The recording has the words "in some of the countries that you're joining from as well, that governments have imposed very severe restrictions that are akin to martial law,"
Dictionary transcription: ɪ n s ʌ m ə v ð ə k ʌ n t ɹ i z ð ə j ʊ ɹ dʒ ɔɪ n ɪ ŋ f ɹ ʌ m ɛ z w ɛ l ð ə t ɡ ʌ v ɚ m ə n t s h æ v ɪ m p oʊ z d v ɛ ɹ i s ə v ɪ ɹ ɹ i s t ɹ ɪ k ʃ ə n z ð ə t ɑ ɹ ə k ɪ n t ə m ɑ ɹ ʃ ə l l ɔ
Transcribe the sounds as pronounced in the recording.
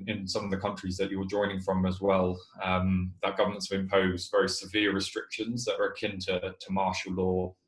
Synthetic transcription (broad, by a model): ɪ n s ʌ m ə v ð ə k ʌ n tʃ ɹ i z ð ə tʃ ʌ w dʒ ɔɪ n ɪ ŋ f ɹ ʌ m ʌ z w ɛ l ð ə t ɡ ʌ v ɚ m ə n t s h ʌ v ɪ m p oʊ z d v ɛ ɹ i s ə v ɪ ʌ ɹ i s t ɹ ɪ k ʃ ə n z ð ə t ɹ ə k ɪ n t ə m ɑ ʃ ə l l ɔ